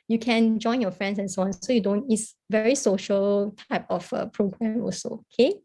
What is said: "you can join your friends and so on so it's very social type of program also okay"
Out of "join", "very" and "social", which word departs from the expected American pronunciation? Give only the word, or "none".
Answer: none